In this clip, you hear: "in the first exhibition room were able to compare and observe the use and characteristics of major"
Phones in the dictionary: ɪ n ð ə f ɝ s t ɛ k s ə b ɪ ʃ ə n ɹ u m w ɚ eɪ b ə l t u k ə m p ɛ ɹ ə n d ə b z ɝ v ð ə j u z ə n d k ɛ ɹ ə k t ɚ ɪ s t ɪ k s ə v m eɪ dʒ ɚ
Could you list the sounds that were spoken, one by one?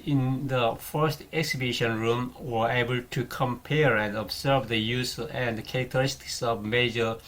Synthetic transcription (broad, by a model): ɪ n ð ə f ɝ s t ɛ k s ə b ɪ ʃ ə n ɹ u m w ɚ eɪ b ə l t u k ə m p ɛ ɹ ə n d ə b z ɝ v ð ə j u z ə n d k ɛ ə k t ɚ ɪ s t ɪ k s ə v m eɪ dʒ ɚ